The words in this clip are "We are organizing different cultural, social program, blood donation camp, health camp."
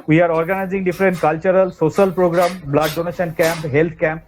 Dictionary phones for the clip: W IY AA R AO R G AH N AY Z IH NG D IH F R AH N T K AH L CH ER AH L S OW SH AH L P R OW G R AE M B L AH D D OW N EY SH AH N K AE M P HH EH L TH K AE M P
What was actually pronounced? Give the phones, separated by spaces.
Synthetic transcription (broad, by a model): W IY AA R AO R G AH N AY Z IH NG D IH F R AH N T K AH L CH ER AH L S OW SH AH L P R OW G R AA M B L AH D D OW N EY SH AH N K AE M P HH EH L T K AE M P